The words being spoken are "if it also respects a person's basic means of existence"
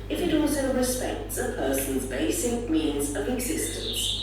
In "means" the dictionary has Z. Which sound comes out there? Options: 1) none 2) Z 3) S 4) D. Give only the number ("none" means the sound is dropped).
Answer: 2